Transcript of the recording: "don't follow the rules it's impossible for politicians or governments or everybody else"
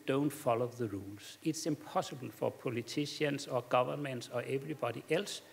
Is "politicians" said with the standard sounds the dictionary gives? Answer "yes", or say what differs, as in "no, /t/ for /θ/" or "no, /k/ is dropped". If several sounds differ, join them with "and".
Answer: no, /s/ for /t/ and /s/ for /z/